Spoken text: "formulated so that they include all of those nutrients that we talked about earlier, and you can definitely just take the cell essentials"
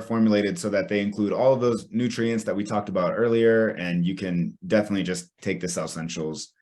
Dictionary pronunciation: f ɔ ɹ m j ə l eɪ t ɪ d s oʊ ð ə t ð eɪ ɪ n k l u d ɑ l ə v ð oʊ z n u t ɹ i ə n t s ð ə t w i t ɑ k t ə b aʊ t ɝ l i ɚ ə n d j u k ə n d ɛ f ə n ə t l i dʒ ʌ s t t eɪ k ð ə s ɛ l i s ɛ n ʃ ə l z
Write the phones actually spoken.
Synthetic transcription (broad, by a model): f ɔ ɹ m j l eɪ t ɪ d s oʊ ð ə t ð eɪ ɪ n k l u d ɑ l ə v ð oʊ z n u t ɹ i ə n t s ð ə t w i t ɑ k t ə b aʊ t ɝ l i ɚ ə n j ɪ k ə n d ɛ f ə n ə t l i dʒ ʌ s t t eɪ k ð ə s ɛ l s ɛ n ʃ l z